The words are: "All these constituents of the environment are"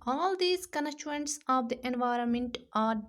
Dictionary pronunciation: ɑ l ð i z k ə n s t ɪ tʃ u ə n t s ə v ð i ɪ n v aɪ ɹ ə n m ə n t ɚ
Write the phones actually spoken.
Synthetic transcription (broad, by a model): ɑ l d i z k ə n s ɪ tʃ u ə n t s ə v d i ɪ n v aɪ ɹ ə n m ə n t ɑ